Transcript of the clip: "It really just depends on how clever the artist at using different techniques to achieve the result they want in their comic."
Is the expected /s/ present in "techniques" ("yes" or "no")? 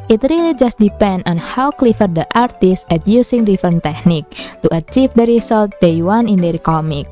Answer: no